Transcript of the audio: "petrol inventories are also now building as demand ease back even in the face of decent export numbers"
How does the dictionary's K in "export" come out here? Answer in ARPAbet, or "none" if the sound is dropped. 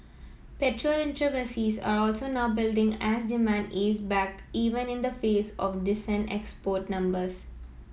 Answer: K